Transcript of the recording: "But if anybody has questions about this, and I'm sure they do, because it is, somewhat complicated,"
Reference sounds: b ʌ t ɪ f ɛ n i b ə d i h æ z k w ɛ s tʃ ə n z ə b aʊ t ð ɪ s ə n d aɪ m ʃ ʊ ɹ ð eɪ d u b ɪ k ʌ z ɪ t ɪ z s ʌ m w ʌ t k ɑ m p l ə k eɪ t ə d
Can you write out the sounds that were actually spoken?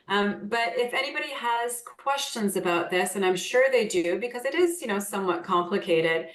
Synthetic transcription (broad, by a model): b ʌ t ɪ f ɛ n i b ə d i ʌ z k w ɛ s tʃ ə n z ə b aʊ t ð ɪ s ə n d aɪ m ʃ ʊ ɹ ð eɪ d u b ɪ k ʌ z ɪ t ɪ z s ʌ m w ʌ t k ɑ m p l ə k eɪ t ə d